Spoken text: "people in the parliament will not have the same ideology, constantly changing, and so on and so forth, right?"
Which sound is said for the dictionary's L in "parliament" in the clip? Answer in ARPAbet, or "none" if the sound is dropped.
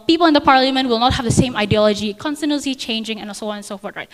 L